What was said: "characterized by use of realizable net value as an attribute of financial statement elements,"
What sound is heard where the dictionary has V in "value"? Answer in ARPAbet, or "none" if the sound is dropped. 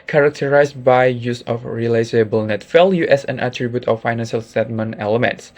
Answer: F